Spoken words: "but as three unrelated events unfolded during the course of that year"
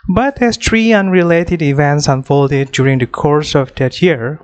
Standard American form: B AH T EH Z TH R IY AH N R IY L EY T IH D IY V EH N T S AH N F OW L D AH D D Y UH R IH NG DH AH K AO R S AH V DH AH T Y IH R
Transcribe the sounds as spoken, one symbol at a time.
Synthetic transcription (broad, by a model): B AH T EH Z T R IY AH N R IY L EY T IH D IY V EH N T S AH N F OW L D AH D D Y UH R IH NG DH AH K AO R S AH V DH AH T Y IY R